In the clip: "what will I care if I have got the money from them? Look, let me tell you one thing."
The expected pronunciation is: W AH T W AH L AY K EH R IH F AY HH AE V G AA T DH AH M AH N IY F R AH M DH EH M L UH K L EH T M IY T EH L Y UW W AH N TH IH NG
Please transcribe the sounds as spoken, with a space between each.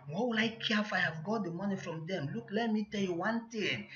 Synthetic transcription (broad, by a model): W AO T W AH L AY K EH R IH F AY HH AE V G AA T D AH M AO N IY F R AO M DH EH M L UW K L EH T M IY T EH L Y UW W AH N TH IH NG